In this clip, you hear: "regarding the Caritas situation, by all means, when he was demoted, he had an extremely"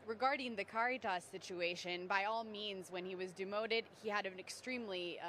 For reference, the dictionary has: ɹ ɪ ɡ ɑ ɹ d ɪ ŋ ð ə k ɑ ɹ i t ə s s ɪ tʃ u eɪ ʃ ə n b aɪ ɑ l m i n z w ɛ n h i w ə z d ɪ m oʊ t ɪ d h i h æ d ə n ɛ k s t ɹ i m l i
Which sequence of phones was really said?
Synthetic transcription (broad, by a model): ɹ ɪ ɡ ɑ ɹ d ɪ ŋ ð ə k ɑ ɹ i t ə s s ɪ tʃ u eɪ ʃ ə n b aɪ ɑ l m i n z w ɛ n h i w ə z d ɪ m oʊ t ɪ d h i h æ d ə n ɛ k s t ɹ i m l i